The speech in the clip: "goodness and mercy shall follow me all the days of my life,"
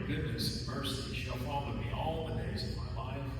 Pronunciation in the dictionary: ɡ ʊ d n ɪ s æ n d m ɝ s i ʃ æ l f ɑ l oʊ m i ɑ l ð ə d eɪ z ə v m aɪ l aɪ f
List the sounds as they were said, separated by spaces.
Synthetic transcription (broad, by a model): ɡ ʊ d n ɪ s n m ɝ s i ʃ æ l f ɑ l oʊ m i ɑ l ð ə d eɪ z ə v m aɪ l aɪ f